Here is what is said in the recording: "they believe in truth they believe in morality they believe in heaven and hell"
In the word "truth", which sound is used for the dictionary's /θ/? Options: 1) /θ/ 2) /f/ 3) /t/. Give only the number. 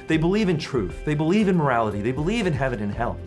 1